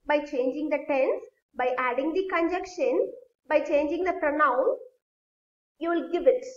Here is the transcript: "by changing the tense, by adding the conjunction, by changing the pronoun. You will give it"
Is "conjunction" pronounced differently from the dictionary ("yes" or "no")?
yes